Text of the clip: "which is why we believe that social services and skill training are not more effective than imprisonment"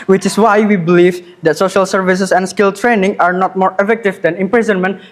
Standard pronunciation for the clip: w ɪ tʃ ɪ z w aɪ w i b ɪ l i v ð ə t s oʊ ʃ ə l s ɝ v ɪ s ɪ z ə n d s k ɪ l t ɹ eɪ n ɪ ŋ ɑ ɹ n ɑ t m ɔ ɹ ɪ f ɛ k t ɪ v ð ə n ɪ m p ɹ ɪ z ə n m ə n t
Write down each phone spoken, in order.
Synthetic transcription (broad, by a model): w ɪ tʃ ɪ s w aɪ w i b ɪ l i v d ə t s oʊ ʃ ə l s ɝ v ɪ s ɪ s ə n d s k ɪ l t ɹ eɪ n ɪ ŋ ɑ ɹ n ɑ t m ɔ ɹ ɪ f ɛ k t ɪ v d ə n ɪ m p ɹ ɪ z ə n m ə n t